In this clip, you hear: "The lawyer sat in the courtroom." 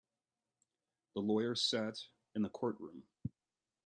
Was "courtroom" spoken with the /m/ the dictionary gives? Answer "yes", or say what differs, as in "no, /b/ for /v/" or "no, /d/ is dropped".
yes